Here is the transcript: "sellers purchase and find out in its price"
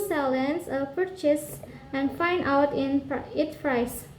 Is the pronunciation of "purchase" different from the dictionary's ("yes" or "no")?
no